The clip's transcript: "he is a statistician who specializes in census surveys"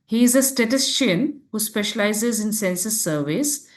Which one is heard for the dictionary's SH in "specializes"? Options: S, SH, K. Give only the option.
SH